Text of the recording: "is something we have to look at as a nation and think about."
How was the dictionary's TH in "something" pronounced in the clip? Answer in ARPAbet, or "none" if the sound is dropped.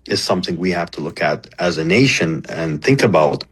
TH